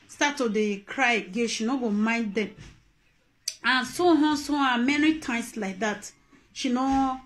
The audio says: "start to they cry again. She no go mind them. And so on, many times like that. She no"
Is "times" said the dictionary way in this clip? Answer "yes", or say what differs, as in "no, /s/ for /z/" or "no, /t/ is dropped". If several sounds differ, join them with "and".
no, /s/ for /z/